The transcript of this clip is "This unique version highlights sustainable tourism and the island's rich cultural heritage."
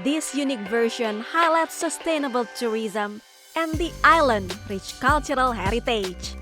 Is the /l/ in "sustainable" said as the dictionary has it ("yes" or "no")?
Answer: yes